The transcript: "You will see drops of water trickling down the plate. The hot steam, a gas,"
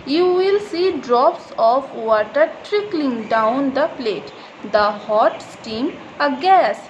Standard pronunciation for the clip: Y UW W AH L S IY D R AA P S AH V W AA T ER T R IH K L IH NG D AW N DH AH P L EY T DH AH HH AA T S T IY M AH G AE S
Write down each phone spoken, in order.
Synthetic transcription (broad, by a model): Y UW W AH L S IY D R AA P S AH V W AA T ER T R IH K L IH NG D AW N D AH P L EY T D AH HH AA T S T IY M AH G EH S